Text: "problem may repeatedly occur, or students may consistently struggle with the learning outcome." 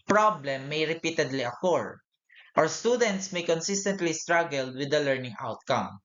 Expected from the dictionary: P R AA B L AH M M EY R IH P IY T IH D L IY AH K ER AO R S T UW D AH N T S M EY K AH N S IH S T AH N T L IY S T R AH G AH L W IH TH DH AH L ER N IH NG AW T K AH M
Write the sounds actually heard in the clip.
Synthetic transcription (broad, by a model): P R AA B L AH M M EY R IH P IY T IH D L IY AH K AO R S T UW D AH N T S M EY K AH N S IH S T AH N T L IY S T R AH G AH L W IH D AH L ER N IH NG AW T K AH M